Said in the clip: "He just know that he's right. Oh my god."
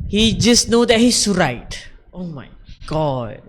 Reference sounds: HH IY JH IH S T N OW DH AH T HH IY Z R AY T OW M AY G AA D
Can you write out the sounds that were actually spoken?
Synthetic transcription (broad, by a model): HH IY JH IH S N OW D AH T HH IY S R AY T OW M AY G AA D